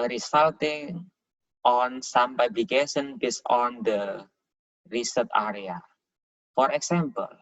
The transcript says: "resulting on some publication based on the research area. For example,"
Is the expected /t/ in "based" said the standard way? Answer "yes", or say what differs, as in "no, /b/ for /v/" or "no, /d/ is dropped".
no, /t/ is dropped